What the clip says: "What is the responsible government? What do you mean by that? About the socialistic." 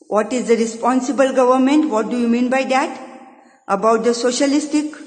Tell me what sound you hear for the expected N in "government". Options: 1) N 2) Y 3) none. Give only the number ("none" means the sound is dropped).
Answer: 1